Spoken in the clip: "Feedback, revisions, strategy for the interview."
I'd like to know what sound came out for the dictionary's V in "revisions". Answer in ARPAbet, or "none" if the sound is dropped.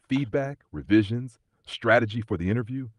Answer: V